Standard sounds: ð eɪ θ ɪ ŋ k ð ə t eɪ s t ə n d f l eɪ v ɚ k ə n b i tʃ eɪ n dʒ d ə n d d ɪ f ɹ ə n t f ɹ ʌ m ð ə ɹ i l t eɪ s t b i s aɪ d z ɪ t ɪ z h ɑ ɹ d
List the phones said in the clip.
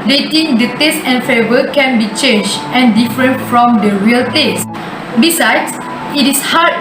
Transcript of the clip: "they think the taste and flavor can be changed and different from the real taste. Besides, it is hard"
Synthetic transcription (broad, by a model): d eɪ t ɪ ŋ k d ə t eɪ s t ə n f eɪ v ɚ k ə n b i tʃ eɪ n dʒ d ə n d d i f ɹ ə n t f ɹ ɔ m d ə ɹ i l t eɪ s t b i s aɪ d s ɪ t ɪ s h ɑ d